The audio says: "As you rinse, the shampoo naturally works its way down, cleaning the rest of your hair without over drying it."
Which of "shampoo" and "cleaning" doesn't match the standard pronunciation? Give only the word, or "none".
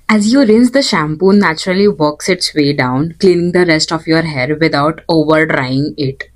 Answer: none